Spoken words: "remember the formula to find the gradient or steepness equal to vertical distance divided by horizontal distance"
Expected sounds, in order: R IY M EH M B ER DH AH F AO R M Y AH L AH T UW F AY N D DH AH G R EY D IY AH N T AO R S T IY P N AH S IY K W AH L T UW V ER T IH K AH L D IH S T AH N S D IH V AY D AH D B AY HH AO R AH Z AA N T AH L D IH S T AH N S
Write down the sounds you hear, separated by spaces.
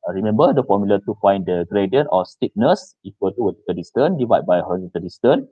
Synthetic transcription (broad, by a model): R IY M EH M B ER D AH F AO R M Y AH L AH T UW F AY N D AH G R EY D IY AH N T AO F S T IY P N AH S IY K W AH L T UW W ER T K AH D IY S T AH N D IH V AY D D B AY HH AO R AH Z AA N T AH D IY S T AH N